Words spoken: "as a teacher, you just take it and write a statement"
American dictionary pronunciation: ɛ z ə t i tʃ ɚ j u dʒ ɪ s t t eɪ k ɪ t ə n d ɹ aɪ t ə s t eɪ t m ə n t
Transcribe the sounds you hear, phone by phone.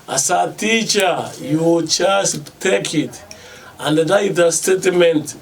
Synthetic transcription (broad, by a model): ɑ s ə t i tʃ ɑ j u tʃ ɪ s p t eɪ k ɪ t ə n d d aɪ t ə s t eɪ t m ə n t